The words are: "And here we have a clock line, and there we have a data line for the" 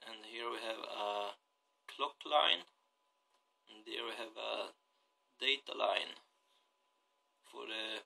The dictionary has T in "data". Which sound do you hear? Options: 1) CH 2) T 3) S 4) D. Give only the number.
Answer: 2